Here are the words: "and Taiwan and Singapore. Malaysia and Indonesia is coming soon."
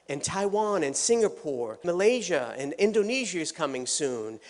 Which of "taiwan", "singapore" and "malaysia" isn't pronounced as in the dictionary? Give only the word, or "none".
none